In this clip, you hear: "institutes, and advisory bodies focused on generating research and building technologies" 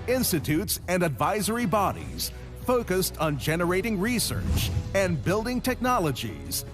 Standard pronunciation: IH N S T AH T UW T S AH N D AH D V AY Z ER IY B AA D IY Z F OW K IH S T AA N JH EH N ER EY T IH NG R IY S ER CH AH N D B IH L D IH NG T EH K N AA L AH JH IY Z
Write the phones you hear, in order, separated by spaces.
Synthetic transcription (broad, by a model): IH N S T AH T UW T S AH N D AH D V AY Z ER IY B AA D IY Z F OW K IH S T N JH EH N ER EY T IH NG R IY S ER CH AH N B IH L D IH NG T EH K N AA L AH JH IY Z